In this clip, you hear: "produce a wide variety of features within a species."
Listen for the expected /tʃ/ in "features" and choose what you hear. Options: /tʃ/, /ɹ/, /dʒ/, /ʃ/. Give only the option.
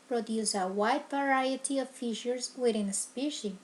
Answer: /ʃ/